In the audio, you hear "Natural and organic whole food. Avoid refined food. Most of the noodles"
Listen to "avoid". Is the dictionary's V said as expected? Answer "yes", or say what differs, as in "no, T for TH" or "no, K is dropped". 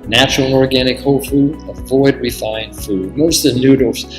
yes